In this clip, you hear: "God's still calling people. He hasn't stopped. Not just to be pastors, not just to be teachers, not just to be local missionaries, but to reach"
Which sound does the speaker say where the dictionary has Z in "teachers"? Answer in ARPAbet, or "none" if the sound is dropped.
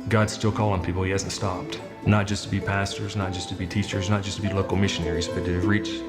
Z